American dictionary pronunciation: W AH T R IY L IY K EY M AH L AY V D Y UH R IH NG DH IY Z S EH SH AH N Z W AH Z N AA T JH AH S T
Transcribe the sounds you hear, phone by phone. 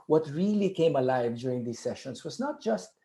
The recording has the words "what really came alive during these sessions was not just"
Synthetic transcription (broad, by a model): W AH T R IY L IY K EY M AH L AY V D Y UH R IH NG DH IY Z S EH SH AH N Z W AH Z N AA T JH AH S T